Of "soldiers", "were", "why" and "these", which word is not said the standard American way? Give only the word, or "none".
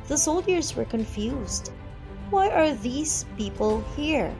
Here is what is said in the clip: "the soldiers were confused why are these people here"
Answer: none